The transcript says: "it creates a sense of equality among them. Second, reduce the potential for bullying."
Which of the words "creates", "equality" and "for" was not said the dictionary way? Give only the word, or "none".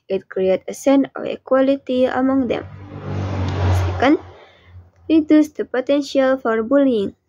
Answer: creates